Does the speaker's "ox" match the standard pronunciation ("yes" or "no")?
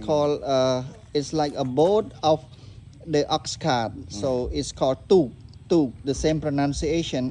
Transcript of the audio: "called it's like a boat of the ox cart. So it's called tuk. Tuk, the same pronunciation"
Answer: yes